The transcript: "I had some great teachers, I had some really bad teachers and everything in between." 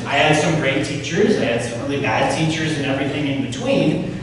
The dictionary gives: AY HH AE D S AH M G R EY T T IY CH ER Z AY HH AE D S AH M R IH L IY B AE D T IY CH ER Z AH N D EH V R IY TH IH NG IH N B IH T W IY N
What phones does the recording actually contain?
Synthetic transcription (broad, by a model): AY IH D S AH M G R EY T T IY CH ER Z AY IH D S AH M R IH L IY B AE D T IY CH ER Z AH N EH V R IY TH IH NG IH N B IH T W IY N